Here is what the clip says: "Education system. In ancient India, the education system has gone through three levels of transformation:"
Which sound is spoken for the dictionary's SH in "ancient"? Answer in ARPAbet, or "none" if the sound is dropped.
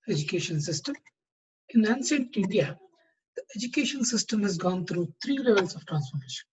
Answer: S